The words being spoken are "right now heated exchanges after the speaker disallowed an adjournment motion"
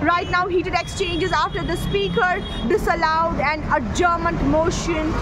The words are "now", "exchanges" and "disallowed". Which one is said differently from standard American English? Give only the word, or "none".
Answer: none